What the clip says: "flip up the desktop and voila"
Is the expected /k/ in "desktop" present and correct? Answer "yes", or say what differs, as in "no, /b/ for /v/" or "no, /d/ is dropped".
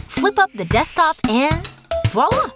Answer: no, /k/ is dropped